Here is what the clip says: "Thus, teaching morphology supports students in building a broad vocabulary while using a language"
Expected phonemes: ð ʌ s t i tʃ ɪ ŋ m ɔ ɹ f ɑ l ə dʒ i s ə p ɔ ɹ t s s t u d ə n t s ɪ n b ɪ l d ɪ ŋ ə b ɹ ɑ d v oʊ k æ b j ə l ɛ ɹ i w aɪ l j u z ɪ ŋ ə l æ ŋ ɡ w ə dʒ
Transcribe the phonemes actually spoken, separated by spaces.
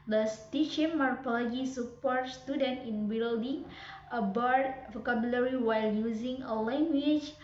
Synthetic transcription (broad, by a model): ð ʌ s t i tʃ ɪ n m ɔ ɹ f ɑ l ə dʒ i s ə p ɔ ɹ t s s t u d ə n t ɪ n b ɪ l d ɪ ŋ ə b ɑ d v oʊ k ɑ b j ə l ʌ ɹ i w aɪ l j u z ɪ ŋ ə l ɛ ŋ ɡ w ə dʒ